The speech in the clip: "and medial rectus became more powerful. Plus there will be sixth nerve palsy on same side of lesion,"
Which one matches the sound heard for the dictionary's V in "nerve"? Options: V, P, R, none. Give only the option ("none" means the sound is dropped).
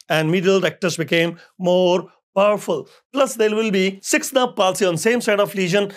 P